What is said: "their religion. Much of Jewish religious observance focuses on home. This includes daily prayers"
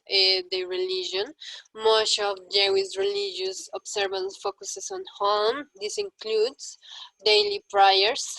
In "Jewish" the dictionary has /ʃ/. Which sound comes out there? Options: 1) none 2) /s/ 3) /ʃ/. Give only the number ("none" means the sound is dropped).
2